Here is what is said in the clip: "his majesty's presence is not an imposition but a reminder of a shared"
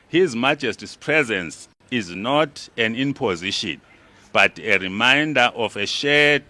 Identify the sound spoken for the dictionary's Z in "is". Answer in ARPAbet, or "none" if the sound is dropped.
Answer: Z